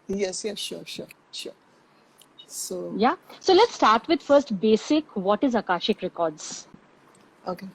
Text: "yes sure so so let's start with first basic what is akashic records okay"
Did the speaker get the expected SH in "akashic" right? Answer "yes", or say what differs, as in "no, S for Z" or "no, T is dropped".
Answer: yes